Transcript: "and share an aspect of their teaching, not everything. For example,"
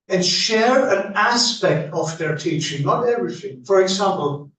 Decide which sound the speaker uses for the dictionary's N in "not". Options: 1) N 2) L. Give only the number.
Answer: 2